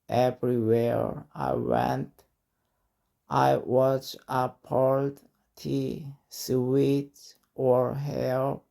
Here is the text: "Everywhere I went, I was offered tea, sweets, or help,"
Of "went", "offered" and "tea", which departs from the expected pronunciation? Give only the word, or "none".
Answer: offered